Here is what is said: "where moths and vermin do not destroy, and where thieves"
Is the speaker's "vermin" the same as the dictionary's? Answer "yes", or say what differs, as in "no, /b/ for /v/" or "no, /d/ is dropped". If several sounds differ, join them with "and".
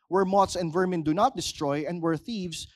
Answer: yes